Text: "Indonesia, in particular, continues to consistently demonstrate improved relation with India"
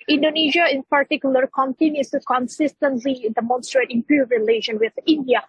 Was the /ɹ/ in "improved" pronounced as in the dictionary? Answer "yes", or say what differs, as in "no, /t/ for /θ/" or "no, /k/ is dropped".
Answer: no, /ɹ/ is dropped